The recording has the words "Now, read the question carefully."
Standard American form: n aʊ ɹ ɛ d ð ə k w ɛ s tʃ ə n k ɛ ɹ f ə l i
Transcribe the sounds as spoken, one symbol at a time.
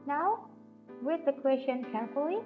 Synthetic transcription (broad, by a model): n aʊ w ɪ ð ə k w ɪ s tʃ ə n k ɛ ɹ f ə l i